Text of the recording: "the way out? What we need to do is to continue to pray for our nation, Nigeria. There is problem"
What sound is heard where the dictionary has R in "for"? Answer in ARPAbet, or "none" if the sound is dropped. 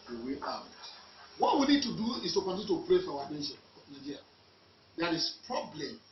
W